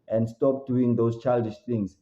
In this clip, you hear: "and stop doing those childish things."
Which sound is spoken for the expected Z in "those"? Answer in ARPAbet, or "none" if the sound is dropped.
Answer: S